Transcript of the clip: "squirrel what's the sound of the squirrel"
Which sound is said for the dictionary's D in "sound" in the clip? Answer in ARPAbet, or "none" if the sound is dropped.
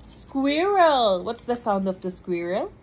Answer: D